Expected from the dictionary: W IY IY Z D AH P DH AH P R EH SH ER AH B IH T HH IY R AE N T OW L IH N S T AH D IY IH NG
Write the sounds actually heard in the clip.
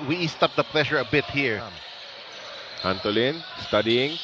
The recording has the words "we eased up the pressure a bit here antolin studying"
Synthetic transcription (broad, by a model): W IY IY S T AH P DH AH P L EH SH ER AH B IH T HH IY R AE N T OW L IH N S T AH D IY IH NG